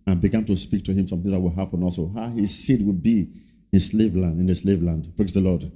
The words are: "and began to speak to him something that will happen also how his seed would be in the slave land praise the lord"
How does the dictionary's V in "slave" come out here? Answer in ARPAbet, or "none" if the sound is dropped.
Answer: V